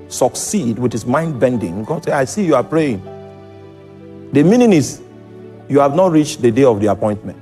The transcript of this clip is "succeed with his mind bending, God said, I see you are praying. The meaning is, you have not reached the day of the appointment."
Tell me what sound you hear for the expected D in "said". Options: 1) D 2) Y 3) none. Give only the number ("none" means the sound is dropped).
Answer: 3